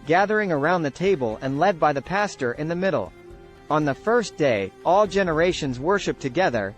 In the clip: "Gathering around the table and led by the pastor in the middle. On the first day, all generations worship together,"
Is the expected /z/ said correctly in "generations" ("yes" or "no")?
yes